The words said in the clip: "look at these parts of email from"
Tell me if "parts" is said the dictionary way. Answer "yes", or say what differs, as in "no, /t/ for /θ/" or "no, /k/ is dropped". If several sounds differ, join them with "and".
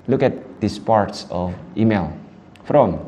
yes